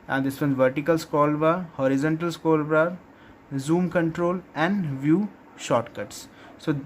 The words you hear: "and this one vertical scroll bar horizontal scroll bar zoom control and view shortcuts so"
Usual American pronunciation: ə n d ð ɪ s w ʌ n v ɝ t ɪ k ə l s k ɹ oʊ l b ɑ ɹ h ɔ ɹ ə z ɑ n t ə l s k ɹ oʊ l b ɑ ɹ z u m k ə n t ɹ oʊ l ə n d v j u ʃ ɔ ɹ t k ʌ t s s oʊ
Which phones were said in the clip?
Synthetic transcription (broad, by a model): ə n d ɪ s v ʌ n v ɝ t ɪ k ə l s k oʊ l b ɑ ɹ h ɔ ɹ ə z ɑ n t ə l s k oʊ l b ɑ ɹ z u m k ə n t ɹ oʊ l ə n d v j u ʃ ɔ t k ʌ t s s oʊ